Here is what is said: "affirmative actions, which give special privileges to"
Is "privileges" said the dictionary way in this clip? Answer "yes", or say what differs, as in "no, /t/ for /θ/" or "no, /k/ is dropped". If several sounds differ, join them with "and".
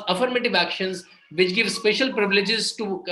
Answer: yes